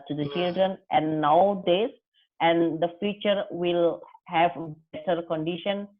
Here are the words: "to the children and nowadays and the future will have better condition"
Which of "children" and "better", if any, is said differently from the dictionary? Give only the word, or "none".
none